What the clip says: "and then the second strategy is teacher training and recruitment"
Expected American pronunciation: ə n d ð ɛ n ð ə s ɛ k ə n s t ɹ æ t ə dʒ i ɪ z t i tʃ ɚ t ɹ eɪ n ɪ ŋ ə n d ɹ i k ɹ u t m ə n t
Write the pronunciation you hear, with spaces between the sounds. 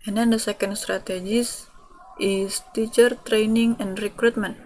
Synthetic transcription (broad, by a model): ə n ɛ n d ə s ɛ k ə n s t ɹ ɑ t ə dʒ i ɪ s t i tʃ ɚ t ɹ eɪ n ɪ ŋ ə n d ɹ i k ɹ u t m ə n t